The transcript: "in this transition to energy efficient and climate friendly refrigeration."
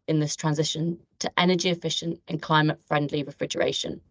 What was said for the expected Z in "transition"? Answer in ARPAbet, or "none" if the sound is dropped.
Z